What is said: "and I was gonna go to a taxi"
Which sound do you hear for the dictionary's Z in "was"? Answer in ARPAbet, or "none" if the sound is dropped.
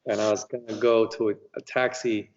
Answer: Z